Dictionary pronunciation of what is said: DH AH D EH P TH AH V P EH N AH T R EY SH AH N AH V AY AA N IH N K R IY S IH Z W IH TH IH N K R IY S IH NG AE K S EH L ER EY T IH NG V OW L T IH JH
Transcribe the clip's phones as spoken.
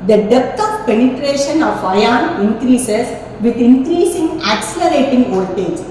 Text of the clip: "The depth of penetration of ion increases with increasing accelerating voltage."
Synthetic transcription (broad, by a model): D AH D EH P T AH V P EH N AH T R EY SH AH N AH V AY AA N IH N K R IY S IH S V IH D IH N K R IY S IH NG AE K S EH L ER EY T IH NG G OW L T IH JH